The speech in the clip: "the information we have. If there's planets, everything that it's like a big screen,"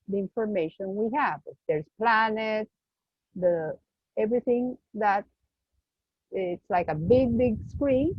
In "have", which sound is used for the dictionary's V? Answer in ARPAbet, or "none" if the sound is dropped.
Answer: V